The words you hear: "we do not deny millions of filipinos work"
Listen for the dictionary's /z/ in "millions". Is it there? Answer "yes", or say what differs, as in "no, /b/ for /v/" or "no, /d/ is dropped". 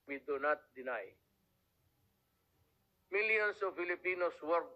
no, /s/ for /z/